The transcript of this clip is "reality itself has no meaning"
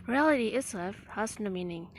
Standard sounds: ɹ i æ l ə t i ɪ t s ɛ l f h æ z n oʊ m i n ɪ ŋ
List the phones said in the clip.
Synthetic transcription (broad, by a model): ɹ i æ l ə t i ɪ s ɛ f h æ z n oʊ m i n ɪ ŋ